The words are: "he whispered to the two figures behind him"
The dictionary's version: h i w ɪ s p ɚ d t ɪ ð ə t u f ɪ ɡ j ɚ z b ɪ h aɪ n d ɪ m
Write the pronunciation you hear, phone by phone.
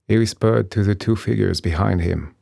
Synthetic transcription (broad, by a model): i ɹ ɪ s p ɚ d t ɪ ð ə t u f ɪ ɡ j ɚ z b ɪ h aɪ n d ɪ m